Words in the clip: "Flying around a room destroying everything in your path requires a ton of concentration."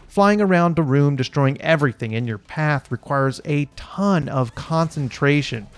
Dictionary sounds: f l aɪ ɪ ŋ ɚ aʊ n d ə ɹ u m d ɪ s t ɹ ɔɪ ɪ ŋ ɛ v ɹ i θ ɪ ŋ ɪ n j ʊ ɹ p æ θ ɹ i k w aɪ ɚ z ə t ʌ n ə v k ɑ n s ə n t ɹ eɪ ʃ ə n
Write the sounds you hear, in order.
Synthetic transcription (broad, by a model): f l aɪ ɪ ŋ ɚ aʊ n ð ə ɹ u m d ɪ s t ɹ ɔɪ ɪ ŋ ɛ v ɹ i θ ɪ ŋ ɪ n j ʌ ɹ p æ θ ɹ i k w aɪ ɚ z ə t ʌ n ə v k ɑ n s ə n t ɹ eɪ ʃ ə n